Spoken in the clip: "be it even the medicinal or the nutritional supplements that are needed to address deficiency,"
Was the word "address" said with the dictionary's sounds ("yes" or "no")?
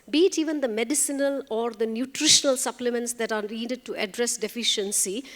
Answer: yes